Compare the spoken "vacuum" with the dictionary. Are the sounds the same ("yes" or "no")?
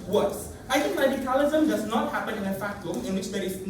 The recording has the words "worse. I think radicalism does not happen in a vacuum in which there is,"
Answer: no